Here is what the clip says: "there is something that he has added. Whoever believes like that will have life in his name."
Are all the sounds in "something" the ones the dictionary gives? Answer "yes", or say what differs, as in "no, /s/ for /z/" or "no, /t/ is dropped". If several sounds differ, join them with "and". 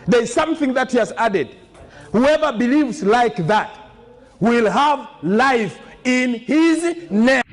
yes